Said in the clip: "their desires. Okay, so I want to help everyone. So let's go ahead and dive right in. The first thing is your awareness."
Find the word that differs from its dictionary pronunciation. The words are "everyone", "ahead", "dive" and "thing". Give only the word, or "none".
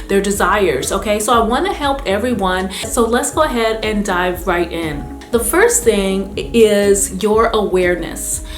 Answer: none